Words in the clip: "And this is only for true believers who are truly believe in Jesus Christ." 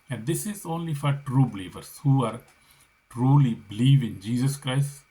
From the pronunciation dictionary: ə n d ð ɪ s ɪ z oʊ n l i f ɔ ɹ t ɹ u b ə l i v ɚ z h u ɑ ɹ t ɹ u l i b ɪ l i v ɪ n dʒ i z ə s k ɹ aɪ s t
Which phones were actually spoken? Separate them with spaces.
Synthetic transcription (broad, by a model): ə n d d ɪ s ɪ z oʊ n l i f ɔ ɹ t ɹ u b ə l i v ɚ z h u ɑ ɹ t ɹ u l i b ɪ l i v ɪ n dʒ i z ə s k ɹ aɪ s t